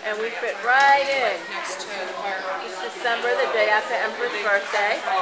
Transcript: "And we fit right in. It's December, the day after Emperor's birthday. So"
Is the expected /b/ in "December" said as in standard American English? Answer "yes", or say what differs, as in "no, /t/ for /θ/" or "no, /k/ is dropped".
yes